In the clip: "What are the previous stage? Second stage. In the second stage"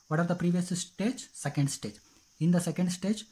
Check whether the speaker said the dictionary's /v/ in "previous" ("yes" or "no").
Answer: yes